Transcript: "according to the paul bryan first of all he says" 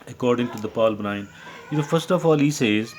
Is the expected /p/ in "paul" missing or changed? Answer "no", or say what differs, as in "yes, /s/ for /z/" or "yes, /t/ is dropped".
no